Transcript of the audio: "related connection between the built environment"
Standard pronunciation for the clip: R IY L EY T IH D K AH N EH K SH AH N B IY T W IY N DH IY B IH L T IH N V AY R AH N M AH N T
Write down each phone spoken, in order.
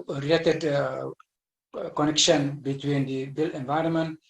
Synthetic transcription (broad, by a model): R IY L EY T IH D K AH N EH K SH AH N B IY T W IY N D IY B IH L IH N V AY R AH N M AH N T